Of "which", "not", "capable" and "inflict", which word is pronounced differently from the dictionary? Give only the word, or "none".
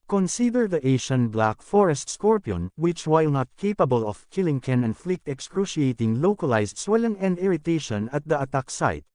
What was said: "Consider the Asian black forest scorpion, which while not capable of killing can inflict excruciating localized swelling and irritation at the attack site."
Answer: none